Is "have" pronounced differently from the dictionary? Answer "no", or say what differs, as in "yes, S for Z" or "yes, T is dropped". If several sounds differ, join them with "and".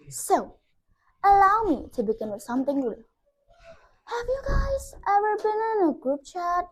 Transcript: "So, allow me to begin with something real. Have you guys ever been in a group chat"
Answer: no